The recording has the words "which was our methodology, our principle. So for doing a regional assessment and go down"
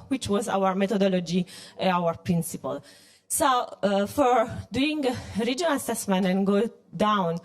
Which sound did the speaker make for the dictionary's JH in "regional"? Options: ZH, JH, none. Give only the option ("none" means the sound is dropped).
JH